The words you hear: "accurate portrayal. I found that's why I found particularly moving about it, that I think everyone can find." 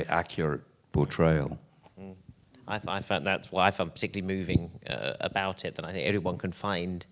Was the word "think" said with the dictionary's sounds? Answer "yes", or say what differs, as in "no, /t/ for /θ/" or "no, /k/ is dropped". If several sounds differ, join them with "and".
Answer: yes